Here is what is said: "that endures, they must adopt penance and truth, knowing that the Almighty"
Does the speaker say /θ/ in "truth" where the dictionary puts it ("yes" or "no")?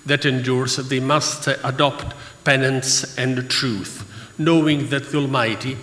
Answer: yes